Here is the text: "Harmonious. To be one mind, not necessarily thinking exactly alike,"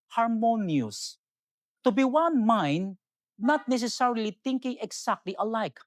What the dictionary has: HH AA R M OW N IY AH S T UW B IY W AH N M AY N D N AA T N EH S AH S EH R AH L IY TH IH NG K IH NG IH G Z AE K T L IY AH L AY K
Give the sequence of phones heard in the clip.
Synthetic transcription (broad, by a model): HH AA R M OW N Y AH S T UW B IY W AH N M AY N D N AA T N EH S AH S EH R AH L IY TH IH NG K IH NG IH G S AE K T L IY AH L AY K